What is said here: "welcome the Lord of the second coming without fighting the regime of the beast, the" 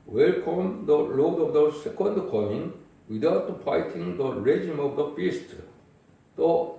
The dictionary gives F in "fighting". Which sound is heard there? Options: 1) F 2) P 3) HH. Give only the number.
2